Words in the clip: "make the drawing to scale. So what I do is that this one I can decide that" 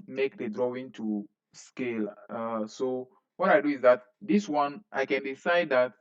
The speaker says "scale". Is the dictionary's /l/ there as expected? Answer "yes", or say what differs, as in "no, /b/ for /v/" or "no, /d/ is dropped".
yes